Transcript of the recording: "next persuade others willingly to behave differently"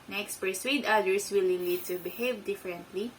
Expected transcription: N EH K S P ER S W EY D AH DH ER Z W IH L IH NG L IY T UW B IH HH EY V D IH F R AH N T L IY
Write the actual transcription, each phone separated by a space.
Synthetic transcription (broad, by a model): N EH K S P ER S W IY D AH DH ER S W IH L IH L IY T UW B IH HH EY V D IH F R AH N T L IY